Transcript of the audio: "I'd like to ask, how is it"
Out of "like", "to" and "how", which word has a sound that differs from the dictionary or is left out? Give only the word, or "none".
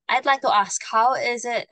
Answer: none